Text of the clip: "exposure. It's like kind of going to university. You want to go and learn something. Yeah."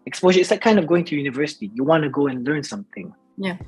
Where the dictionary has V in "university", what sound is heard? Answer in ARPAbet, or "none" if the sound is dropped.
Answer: V